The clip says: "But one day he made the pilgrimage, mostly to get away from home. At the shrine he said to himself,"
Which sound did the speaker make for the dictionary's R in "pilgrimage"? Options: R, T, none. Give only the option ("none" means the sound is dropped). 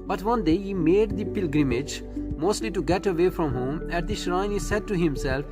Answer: R